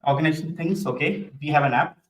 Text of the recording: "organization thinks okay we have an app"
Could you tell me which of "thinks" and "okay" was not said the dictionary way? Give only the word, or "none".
thinks